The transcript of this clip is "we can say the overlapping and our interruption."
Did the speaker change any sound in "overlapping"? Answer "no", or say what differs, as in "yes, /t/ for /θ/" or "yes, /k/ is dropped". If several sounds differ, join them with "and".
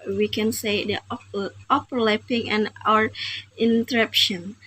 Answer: yes, /p/ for /v/